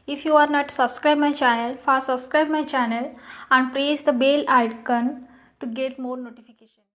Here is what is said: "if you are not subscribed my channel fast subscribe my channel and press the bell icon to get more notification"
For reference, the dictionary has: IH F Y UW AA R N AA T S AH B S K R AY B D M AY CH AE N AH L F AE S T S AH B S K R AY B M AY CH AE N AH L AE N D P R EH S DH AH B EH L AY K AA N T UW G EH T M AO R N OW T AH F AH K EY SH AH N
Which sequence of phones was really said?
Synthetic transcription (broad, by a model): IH F Y UW AA R N AA T S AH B S K R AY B M AY CH AE N AH L F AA T S AH B S K R AY B M AY CH AE N AH L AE N D P R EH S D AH B EH L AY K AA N T UW G EH T M AO R N OW T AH F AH K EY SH AH N